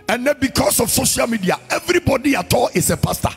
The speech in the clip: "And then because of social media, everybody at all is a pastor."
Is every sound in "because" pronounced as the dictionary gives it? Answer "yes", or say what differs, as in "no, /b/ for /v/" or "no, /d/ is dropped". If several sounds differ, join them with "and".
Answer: no, /s/ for /z/